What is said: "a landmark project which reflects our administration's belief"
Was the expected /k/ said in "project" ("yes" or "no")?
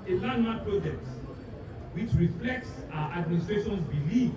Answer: yes